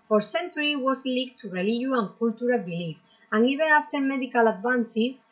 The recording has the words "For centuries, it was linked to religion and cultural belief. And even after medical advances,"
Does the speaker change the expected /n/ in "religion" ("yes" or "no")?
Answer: yes